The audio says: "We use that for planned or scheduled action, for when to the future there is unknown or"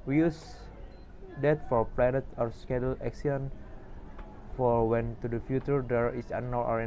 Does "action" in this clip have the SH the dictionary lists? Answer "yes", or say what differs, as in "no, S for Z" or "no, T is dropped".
no, S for SH